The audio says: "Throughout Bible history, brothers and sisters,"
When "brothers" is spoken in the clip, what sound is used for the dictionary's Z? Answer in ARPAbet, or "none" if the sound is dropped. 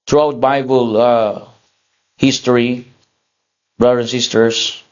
none